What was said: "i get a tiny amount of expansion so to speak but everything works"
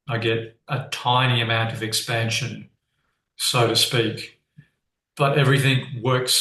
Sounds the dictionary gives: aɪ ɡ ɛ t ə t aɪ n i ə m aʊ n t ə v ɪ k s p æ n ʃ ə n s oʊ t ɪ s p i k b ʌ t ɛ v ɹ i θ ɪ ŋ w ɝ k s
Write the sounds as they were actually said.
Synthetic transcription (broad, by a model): aɪ ɡ ɛ t ə t aɪ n i ə m aʊ n t ə v ɪ k s p æ n ʃ ə n s oʊ t ɪ s p i k b ʌ t ɛ v ɹ i θ ɪ ŋ w ɝ k s